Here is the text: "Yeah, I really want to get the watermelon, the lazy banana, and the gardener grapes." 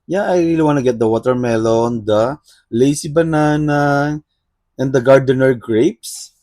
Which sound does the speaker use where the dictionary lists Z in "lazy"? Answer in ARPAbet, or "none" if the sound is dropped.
S